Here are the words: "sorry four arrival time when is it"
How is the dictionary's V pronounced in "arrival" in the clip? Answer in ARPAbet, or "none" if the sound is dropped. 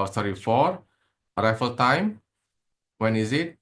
F